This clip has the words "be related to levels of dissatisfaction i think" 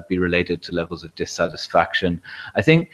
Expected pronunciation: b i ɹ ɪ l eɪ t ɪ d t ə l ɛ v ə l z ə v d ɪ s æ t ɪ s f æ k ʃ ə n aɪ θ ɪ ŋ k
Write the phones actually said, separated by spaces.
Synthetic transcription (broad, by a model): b i ɹ ɪ l eɪ t ɪ d t ə l ɛ v ə l z ə v d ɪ s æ t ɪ s f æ k ʃ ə n aɪ θ ɪ ŋ k